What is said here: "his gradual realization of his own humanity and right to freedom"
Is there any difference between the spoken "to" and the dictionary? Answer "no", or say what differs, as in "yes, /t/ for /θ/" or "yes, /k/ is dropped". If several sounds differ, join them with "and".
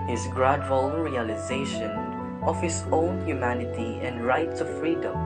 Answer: yes, /s/ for /t/